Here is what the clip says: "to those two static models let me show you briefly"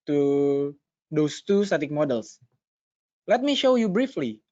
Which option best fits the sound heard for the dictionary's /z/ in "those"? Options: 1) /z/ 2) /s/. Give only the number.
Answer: 2